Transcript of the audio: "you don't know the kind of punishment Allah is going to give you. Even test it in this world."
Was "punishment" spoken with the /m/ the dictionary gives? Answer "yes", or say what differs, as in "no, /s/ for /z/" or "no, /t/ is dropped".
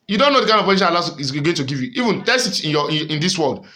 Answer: no, /m/ is dropped